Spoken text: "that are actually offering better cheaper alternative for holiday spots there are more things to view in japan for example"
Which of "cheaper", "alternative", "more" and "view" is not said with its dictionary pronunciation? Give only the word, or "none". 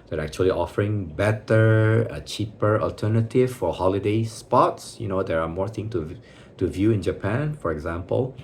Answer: none